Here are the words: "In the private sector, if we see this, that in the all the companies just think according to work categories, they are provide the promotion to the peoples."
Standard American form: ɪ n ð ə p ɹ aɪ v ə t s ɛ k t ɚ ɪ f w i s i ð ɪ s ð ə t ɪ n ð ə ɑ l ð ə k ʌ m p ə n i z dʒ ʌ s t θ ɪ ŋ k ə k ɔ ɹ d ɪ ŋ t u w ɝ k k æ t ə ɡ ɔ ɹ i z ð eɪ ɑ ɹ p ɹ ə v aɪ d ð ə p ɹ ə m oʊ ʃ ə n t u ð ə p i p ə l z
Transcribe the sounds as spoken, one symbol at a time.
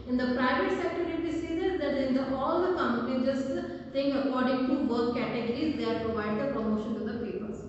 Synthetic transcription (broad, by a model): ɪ n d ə p ɹ aɪ v ə t s ɛ k t ɚ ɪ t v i s i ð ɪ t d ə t ɪ n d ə ɑ l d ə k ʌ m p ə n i dʒ ʌ s t t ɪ ŋ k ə k ɔ ɹ d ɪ ŋ t u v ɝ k k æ t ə ɡ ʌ ɹ i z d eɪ ɑ ɹ p ɹ ə v aɪ d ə p ɹ ə m oʊ ʃ ə n t u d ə p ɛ p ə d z